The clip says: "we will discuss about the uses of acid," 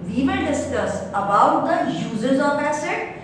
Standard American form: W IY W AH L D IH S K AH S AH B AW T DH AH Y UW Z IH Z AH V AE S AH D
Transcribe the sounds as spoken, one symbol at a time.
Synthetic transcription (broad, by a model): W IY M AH N D IH S K AH S AH B AW T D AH Y UW Z IH Z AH P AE S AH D